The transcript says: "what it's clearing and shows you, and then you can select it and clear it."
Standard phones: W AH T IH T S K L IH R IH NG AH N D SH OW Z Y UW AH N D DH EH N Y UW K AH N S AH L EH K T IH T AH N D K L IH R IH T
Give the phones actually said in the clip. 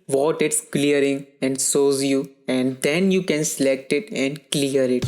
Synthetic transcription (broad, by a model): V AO T IH T S K L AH R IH NG AH N D S OW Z Y UW AH N D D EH N Y UW K AH N S AH L EH K T IH T AH N D K L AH R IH T